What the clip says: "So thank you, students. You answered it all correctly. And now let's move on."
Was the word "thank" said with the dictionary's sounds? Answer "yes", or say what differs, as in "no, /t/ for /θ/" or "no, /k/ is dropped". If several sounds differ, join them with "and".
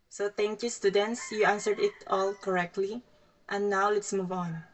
no, /t/ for /θ/